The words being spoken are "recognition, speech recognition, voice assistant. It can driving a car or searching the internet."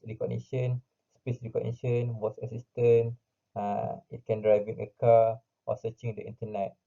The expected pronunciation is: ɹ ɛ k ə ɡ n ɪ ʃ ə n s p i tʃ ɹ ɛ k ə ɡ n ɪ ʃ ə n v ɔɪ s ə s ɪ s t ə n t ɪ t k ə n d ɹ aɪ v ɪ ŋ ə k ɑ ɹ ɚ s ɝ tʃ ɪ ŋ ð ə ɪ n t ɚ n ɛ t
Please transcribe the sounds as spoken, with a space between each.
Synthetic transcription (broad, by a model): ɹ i k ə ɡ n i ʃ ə n s p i s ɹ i k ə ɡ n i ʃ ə n w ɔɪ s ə s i s t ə n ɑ ɪ t k ə n d ɹ aɪ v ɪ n ə k ɑ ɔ s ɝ tʃ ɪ ŋ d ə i n t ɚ n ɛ t